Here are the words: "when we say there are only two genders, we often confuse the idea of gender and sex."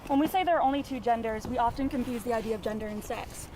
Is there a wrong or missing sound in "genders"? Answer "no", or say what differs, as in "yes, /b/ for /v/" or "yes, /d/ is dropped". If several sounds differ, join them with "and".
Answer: no